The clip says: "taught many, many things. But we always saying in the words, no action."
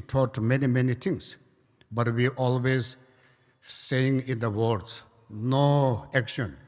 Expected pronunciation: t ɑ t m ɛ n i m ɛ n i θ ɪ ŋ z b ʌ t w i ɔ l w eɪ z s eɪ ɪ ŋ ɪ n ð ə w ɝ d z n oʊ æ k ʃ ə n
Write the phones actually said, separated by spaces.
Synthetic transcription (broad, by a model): t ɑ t m ɛ n i m ɛ n i t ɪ ŋ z b ʌ t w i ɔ l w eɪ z s eɪ ɪ ŋ ɪ n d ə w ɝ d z n oʊ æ k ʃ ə n